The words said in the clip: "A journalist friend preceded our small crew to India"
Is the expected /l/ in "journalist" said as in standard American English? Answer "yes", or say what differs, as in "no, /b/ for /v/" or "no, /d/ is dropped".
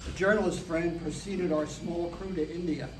yes